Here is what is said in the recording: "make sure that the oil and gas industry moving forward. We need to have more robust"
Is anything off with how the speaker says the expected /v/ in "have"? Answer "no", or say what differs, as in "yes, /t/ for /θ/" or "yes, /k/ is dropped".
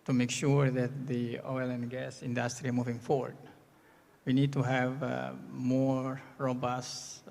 no